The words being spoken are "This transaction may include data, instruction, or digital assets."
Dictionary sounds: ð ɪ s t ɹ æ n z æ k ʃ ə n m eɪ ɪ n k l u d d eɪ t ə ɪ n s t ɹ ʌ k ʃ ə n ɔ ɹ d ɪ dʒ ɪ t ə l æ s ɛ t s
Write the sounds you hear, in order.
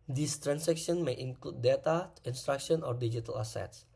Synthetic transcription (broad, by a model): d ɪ s t ɹ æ n s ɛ k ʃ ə n m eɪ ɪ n k l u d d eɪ t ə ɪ n s t ɹ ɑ k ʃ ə n ɔ ɹ d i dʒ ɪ t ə l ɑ s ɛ t s